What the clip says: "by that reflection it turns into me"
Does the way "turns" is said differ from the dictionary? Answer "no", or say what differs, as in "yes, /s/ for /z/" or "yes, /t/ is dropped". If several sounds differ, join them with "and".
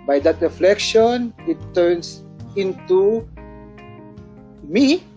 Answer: yes, /s/ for /z/